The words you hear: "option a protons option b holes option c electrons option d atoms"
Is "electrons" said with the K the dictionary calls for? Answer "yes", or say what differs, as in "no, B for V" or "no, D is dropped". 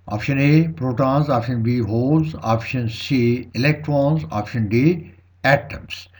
yes